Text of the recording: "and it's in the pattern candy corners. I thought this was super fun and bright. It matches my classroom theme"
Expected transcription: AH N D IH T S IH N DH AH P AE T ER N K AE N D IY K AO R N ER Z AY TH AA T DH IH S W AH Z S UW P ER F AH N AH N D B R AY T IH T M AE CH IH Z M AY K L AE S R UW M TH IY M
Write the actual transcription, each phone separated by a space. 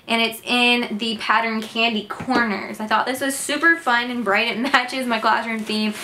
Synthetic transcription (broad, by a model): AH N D IH T S IH N DH AH P AE T ER N K AE N D IY K AO R N ER Z AY TH AA T DH IH S W AH Z S UW P ER F AH N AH N B R AY T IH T M AE CH IH Z M AY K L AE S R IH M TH IY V